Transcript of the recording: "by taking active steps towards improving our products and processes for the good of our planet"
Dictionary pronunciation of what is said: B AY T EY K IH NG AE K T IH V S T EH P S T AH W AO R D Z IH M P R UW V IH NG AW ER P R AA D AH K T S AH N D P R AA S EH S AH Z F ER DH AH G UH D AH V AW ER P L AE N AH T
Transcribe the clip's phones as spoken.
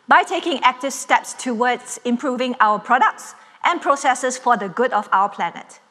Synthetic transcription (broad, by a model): B AY T EY K IH NG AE K T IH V S T EH P S T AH W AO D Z IH M P R UW V IH NG AW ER P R AA D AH K T S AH N P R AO S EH S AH S F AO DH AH G UH D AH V AW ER P L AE N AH T